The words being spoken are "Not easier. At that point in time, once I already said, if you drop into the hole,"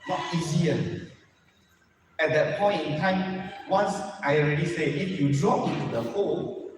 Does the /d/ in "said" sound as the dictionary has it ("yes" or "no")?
no